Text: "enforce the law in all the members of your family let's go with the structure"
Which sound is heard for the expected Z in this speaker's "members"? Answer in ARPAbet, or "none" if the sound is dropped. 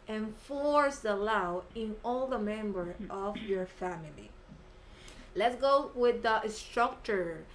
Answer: none